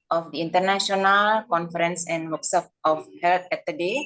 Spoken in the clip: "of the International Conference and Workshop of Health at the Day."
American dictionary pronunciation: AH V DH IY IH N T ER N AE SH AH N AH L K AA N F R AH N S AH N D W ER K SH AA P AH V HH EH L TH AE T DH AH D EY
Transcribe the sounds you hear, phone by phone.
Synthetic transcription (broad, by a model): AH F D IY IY N T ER N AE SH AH N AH L K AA N F R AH N S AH N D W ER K S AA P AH F HH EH L T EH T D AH D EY